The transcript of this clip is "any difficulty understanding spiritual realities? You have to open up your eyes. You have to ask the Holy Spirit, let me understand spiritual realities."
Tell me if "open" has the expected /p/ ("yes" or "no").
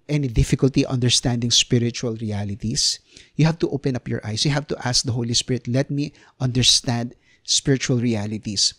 yes